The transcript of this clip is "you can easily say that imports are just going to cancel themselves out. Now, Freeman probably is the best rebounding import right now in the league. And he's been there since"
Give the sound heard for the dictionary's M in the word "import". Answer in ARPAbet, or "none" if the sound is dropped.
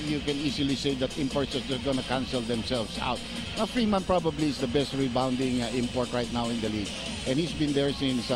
M